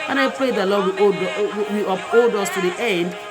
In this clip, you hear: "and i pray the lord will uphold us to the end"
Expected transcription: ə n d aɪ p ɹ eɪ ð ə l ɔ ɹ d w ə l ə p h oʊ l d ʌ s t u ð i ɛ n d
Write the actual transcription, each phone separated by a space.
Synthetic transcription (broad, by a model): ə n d aɪ p ɹ eɪ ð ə l ɔ w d w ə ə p oʊ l d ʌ s t u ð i ɛ n d